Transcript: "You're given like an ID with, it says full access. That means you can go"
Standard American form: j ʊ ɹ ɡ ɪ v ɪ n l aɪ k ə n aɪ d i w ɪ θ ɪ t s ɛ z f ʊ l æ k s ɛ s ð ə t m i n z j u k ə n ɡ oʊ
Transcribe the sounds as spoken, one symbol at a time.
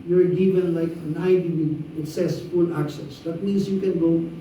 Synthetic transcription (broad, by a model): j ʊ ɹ ɡ ɪ v ɪ n l aɪ k ə n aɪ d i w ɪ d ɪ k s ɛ s f ʊ l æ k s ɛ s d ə t m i n s j u k ə n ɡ oʊ